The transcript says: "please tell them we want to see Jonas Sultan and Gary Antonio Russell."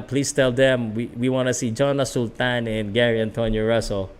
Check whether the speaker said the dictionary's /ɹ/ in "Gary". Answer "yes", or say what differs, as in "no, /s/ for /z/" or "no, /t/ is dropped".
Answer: yes